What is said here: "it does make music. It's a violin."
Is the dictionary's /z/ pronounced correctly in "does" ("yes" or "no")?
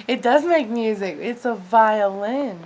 yes